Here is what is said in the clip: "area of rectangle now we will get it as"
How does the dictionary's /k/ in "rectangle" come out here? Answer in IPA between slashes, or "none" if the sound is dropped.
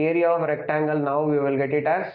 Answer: /k/